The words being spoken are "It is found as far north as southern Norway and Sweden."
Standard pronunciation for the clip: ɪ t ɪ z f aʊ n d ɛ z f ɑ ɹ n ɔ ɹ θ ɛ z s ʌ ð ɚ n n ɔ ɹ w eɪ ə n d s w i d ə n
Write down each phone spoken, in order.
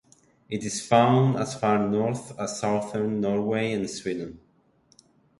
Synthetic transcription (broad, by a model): ɪ t ɪ z f aʊ n d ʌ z f ɑ ɹ n ɔ ɹ θ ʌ s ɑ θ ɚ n n ɔ ɹ w eɪ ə n s w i d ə n